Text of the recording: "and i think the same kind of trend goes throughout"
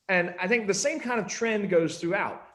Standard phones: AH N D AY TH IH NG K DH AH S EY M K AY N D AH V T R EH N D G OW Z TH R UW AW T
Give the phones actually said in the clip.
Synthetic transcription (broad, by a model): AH N AY TH IH NG K DH AH S EY M K AY N D AH V T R EH N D G OW Z TH R UW AW T